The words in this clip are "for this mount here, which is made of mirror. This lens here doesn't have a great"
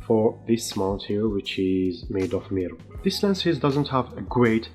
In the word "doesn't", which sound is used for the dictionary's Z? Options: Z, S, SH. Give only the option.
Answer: Z